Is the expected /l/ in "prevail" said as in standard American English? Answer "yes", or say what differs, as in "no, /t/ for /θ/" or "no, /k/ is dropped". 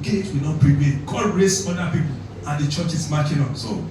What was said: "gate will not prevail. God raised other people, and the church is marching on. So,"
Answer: no, /n/ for /l/